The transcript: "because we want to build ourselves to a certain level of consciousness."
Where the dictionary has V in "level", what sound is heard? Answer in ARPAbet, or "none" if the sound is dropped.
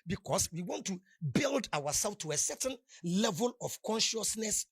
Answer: V